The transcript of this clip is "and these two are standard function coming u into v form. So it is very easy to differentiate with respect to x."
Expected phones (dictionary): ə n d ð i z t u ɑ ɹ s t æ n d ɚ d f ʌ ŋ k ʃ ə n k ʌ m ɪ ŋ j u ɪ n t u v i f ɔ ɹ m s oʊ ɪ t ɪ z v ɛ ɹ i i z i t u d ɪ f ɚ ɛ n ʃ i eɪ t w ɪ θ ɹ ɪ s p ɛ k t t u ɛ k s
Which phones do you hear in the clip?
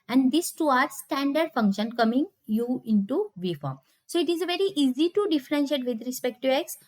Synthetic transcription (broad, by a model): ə n d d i s t u ɑ ɹ s t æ n d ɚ d f ʌ ŋ k ʃ ə n k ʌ m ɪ ŋ j u ɪ n t u v i f ɔ ɹ m s oʊ ɪ t ɪ z v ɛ ɹ i i z i t u d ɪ f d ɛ n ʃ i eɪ t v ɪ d ɹ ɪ s p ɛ k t t u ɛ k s